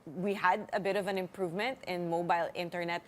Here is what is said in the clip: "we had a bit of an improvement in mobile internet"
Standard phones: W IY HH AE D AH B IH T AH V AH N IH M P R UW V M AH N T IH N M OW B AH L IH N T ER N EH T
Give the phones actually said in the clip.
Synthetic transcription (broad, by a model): W IY HH AE D AH B IH T AH V AH N IH M P R UW V M AH N T IH N M OW B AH L IH N T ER N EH T